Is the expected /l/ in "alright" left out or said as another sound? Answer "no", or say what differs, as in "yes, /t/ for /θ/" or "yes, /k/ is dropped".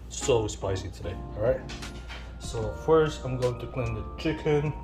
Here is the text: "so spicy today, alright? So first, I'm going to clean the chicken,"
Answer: yes, /l/ is dropped